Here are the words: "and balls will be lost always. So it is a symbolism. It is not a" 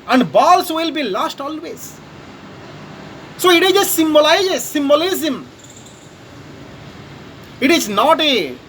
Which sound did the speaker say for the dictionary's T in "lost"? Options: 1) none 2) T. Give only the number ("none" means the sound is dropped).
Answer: 2